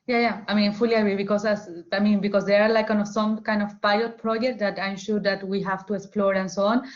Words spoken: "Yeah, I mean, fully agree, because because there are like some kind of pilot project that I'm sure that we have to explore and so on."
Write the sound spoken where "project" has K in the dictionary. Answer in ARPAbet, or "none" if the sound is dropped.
K